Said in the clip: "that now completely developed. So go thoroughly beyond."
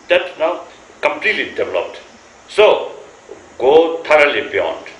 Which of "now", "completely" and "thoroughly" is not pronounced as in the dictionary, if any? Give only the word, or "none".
thoroughly